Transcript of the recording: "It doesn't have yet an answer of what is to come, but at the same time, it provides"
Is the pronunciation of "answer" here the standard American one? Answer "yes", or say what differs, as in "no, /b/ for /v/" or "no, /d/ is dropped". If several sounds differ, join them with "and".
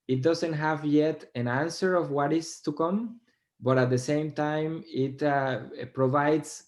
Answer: yes